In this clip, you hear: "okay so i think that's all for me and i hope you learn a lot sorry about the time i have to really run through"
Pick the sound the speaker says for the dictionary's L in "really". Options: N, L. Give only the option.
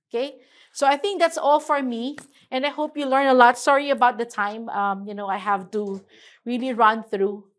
L